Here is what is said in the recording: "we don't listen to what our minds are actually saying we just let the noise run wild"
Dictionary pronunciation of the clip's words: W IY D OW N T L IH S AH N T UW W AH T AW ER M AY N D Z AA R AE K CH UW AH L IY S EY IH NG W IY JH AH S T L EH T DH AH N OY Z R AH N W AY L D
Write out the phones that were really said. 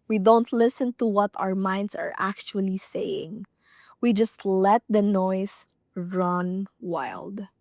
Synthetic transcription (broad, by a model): W IY D OW N T L IH S AH N T UW W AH T AW ER M AY N D S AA R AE K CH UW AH L IY S EY IH NG W IY JH AH S T L EH T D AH N OY S R AH N W AY L D